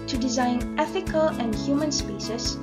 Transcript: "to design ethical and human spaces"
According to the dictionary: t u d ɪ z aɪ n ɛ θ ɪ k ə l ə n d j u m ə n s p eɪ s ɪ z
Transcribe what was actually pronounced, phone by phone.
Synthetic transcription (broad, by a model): t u d ɪ z aɪ n ɛ θ ɪ k ə l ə n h j u m ə n s p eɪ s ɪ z